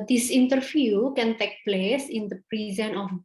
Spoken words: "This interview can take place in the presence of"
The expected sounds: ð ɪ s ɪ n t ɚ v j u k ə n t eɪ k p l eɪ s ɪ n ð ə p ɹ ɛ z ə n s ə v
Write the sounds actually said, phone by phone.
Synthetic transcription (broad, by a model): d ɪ s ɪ n t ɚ f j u k ə n t eɪ k p l eɪ s ɪ n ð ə p ɹ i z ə n ə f